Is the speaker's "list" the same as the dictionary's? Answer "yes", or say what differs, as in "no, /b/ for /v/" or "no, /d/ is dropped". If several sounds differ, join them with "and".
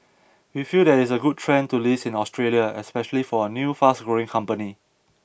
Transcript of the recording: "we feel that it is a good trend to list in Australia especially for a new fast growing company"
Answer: no, /t/ is dropped